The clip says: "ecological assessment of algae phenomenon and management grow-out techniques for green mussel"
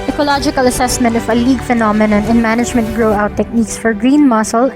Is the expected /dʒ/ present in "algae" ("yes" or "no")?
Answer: no